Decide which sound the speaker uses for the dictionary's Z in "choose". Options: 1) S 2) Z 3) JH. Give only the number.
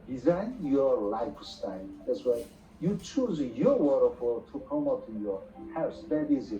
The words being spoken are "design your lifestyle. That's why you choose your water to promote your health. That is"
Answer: 2